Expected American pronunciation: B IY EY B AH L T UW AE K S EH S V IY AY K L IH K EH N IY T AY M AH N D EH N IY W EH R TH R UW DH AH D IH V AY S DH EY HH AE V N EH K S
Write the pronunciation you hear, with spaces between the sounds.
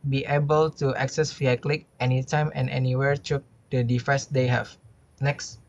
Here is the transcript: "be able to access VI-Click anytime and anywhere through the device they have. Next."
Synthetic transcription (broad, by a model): B IY EY B AH L T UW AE K S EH S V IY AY K L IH K EH N IY T AY M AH N EH N IY W EH R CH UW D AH D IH F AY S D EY HH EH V N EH K S